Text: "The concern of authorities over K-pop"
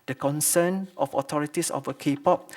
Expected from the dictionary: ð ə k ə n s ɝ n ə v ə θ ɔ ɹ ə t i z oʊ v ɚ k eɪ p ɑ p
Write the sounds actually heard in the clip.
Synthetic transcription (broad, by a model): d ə k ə n s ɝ n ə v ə t ɔ ɹ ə t i s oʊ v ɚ k eɪ p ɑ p